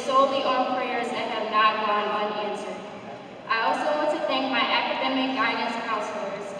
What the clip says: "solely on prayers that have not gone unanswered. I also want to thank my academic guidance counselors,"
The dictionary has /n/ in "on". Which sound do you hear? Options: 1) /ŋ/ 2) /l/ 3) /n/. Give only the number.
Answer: 2